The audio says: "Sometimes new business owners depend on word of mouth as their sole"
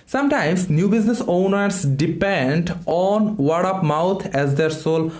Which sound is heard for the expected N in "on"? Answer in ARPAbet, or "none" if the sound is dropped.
N